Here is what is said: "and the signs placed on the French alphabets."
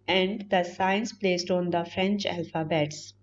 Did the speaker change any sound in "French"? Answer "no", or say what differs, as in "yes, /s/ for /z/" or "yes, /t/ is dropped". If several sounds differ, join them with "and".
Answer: no